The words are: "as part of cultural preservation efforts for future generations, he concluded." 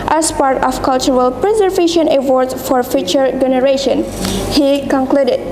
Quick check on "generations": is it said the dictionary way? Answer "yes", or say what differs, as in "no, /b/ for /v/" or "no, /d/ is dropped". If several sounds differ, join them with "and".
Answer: no, /z/ is dropped